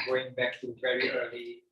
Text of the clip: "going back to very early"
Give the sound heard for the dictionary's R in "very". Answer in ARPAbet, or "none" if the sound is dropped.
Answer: R